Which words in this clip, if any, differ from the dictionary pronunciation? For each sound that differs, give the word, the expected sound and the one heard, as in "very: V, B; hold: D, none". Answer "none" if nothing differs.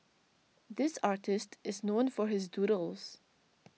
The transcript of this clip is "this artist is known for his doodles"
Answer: none